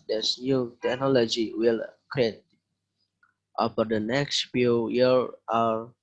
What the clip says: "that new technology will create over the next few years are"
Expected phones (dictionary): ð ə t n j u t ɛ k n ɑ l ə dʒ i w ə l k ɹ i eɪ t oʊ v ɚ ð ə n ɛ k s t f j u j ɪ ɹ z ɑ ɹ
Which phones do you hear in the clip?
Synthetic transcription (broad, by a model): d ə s n j u t ɛ k n ɑ l ə dʒ i w ə l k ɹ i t t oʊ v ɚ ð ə n ɛ k s t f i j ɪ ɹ ɑ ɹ